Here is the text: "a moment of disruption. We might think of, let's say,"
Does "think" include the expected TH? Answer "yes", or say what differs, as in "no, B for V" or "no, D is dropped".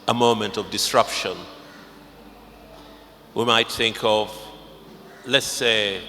yes